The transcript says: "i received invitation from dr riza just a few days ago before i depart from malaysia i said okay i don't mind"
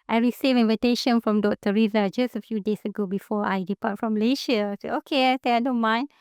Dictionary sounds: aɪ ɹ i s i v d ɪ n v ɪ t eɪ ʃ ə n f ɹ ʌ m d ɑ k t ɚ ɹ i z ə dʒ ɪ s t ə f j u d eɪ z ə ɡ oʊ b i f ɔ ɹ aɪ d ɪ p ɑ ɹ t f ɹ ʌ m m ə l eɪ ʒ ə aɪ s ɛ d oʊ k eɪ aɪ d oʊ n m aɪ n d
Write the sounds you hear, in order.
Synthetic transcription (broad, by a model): aɪ ɹ i s i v ɪ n v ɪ t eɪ ʃ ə n f ɹ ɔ m d ɑ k t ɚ ɹ i z ə dʒ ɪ s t ə f j u d eɪ s ə ɡ oʊ b i f ɔ aɪ d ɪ p ɑ t f ɹ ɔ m m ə l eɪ ʃ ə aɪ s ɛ oʊ k eɪ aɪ d oʊ n m aɪ n